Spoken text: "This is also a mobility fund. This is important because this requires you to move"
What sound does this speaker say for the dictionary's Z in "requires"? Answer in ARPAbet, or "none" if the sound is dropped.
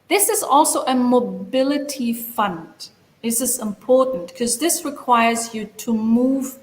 Z